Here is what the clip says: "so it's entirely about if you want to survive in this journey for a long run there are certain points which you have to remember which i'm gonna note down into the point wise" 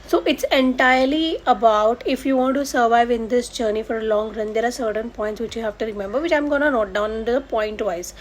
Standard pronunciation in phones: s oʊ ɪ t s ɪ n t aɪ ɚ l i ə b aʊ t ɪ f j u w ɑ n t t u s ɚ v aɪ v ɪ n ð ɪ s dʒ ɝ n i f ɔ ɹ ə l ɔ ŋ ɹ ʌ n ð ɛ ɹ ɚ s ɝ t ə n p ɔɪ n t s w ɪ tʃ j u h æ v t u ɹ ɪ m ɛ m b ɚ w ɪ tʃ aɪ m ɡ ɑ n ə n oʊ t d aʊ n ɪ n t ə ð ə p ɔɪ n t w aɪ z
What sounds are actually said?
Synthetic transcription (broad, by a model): s oʊ ɪ t s ɪ n t aɪ ɚ l i ə b aʊ t ɪ f j u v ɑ n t t u s ɚ v aɪ v ɪ n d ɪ s dʒ ɝ n i f ɔ ɹ ə l ɔ ŋ ɹ ʌ n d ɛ ɹ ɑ s ɝ t ə n p ɔɪ n t s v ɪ tʃ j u h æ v t u ɹ ɪ m ɛ m b ɚ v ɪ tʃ aɪ m ɡ ɑ n ə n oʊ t d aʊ ɪ n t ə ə p ɔɪ n t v aɪ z